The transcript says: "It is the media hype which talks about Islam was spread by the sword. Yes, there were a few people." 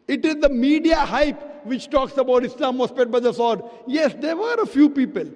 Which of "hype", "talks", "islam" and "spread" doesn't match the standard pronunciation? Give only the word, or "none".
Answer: spread